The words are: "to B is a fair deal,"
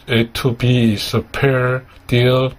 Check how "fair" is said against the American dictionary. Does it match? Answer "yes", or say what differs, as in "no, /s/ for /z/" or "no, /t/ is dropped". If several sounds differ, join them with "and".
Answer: no, /p/ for /f/